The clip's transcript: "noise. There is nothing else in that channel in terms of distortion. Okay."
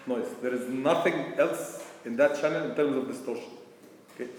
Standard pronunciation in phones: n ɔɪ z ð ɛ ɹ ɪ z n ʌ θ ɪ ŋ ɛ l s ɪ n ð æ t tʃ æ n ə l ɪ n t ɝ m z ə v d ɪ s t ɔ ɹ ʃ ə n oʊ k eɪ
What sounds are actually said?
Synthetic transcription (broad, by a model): n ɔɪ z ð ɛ ɹ ɪ z n ʌ θ ɪ ŋ ɛ l s ɪ n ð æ t tʃ æ n ə l ɪ n t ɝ m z ə v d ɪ s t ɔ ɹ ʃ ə n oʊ k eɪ